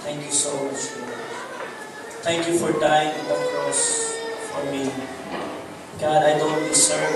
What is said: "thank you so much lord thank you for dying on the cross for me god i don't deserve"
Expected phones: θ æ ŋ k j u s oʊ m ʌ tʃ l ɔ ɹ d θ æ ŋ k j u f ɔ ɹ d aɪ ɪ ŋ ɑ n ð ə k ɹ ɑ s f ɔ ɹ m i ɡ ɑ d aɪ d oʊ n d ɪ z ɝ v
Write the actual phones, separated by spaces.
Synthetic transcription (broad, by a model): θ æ ŋ k j u s oʊ m ʌ tʃ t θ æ ŋ k j u f ɔ ɹ d aɪ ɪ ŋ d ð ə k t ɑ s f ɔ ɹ m i ɡ ɑ d aɪ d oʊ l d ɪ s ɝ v